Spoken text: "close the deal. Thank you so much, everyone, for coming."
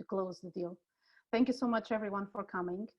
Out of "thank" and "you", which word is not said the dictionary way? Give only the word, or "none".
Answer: none